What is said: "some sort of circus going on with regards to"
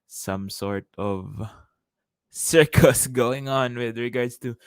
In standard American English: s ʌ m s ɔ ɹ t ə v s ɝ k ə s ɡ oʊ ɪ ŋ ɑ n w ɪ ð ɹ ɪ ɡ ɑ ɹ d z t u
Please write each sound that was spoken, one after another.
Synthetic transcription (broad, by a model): s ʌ m s ɔ ɹ t ə v s ɝ k ə s ɡ oʊ ɪ ŋ ɑ n w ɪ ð ɹ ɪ ɡ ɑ ɹ d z t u